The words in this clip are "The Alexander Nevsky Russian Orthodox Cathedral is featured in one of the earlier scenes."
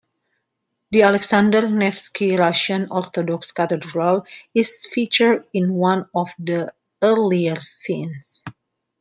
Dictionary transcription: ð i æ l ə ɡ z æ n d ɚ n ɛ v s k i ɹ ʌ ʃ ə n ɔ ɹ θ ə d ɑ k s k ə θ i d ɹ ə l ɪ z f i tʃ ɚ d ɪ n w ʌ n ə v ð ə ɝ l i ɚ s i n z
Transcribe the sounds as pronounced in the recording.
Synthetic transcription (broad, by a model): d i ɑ l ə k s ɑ n d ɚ n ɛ f s k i ɹ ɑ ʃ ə n ɔ ɹ t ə d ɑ k s k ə t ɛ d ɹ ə l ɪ s f i tʃ ɚ d ɪ n w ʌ n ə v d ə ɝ l i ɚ s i n s